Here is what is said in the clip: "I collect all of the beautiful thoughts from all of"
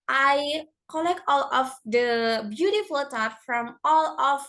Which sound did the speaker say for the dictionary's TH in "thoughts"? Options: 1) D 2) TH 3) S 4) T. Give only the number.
4